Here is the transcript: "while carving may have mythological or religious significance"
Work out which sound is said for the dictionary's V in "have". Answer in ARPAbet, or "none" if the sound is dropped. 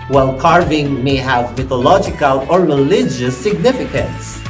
V